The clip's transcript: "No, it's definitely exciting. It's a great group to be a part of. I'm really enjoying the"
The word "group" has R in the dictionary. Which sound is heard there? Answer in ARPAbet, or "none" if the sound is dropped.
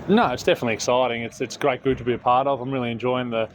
none